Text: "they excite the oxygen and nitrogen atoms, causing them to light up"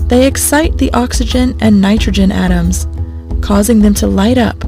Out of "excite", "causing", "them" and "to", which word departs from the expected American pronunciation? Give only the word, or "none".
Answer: none